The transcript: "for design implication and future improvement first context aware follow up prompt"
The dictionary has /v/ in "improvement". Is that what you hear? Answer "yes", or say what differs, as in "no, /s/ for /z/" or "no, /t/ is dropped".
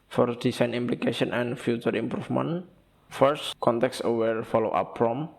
no, /f/ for /v/